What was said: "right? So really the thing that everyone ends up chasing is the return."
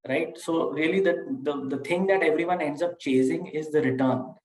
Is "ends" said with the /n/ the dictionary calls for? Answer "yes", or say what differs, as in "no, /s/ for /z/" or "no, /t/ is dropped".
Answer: yes